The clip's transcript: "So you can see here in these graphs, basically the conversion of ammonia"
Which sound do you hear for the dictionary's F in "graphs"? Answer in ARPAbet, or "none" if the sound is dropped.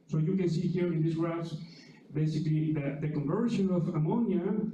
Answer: none